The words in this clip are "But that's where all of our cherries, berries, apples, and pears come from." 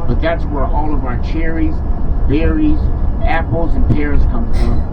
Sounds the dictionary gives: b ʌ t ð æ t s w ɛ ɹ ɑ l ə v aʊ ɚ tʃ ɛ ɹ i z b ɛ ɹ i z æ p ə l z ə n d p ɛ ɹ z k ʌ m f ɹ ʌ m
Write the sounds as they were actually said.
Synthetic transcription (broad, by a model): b ʌ t ð æ t s w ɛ ɹ ɑ l ə v aʊ ɚ tʃ ɛ ɹ i z b ɛ ɹ i z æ p l z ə n p ɛ ɹ z k ʌ m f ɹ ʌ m